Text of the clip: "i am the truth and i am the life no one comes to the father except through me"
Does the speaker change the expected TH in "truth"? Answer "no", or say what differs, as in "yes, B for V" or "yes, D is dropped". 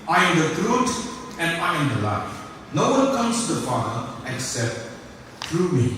yes, T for TH